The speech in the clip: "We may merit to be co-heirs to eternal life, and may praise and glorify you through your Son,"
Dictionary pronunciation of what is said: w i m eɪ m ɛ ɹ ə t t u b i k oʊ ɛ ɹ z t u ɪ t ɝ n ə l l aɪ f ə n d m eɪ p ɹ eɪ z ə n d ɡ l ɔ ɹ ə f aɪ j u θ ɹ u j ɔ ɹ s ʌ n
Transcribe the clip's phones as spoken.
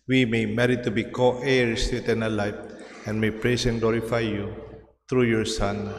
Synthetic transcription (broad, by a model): w i m eɪ m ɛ ɹ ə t t u b i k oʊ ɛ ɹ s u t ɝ n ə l l aɪ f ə n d m eɪ p ɹ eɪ s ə n ɡ l ɔ ɹ ə f aɪ j u t ɹ u j ɔ ɹ s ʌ n